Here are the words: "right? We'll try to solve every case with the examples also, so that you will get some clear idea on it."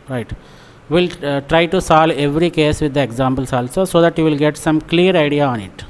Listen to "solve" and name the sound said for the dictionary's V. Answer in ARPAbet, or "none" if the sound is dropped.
none